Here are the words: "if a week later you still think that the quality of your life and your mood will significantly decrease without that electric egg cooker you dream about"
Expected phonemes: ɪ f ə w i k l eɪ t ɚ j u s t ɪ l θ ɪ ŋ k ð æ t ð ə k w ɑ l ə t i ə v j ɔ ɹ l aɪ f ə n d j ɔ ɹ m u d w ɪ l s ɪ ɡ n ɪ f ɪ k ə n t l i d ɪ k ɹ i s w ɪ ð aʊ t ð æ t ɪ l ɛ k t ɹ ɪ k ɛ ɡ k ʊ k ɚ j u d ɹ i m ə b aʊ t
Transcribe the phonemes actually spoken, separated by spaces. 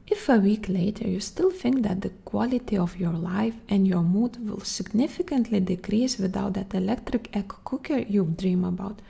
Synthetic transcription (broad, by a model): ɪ f ə w i k l eɪ t ɚ j u s t ɪ l θ ɪ ŋ k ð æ t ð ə k w ɑ l ə t i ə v j ɔ ɹ l aɪ f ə n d j ɔ ɹ m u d w ɪ l s ɪ ɡ n ɪ f ɪ k ə n t l i d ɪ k ɹ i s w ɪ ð aʊ t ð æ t ɪ l ɛ k t ɹ ɪ k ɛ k k ʊ k ɚ j u d ɹ i m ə b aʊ t